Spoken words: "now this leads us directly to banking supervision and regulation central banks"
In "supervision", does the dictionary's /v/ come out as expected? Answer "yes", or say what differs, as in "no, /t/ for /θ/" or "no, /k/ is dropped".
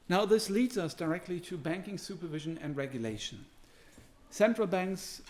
yes